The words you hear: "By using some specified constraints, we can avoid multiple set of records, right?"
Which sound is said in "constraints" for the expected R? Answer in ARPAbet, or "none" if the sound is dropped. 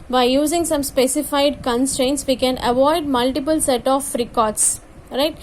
R